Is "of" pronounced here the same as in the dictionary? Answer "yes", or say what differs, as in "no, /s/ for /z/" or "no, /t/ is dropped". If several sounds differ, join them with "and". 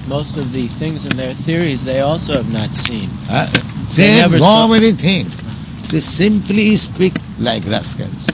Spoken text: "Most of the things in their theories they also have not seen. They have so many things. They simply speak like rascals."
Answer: yes